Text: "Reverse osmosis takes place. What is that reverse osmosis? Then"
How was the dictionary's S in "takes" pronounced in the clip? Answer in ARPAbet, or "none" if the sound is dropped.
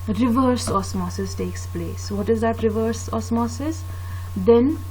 S